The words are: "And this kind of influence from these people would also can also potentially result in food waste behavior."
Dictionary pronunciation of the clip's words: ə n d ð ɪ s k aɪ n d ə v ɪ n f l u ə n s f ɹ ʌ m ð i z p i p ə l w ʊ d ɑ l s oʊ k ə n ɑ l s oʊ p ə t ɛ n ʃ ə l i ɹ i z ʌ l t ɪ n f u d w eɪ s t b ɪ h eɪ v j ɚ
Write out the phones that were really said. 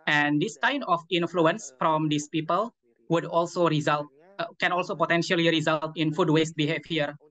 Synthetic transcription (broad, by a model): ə n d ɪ s k aɪ n d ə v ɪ n f l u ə n s f ɹ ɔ m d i s p i p ə l w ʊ d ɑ l s oʊ k ə n ɑ l s oʊ p ə t ɛ n ʃ ə l i ɹ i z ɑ l t ɪ n f u d w eɪ s t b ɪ h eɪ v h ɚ